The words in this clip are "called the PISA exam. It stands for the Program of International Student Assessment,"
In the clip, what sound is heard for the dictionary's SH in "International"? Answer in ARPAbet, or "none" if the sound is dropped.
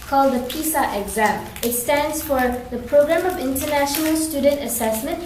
SH